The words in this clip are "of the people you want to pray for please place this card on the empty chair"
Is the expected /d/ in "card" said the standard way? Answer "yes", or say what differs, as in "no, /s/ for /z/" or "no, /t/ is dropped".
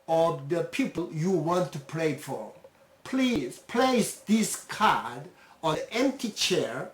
yes